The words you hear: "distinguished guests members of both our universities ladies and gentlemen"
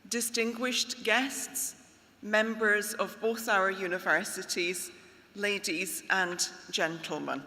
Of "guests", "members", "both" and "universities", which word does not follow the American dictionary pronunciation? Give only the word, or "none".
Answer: none